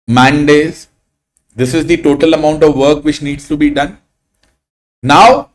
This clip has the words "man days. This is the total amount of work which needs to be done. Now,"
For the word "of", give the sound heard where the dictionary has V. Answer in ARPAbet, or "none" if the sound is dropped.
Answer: V